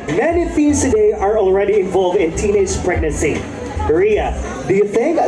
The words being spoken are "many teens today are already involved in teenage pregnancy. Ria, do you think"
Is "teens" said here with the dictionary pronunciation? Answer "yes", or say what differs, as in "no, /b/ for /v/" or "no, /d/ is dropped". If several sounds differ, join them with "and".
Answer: no, /n/ is dropped